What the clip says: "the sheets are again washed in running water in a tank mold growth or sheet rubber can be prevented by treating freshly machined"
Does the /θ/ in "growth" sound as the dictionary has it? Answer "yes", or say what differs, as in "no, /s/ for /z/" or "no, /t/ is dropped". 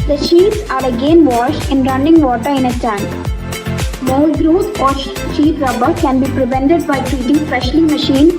no, /s/ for /θ/